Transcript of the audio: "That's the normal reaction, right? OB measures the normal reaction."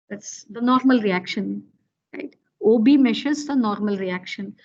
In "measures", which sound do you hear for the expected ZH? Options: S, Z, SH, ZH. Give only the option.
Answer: SH